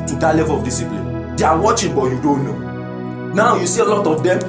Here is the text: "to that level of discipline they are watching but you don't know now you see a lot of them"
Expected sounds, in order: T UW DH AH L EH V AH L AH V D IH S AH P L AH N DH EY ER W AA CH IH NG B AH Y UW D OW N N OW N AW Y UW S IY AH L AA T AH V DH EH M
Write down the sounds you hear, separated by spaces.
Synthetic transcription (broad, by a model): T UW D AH L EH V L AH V D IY S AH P L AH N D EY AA W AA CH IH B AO Y UW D OW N N OW N AW Y UW S IY AH L AA T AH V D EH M